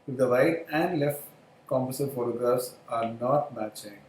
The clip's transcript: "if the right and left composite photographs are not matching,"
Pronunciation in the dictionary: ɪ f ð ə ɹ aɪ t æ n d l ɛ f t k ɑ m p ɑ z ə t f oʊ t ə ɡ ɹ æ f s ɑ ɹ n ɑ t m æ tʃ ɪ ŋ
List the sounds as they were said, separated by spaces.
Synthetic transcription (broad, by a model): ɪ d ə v aɪ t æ n d l ɛ f t k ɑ m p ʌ s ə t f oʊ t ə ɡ ʌ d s ɑ ɹ n ɑ t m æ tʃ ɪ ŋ